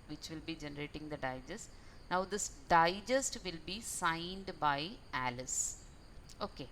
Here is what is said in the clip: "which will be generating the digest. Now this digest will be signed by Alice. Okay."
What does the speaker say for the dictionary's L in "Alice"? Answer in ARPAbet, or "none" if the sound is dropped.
L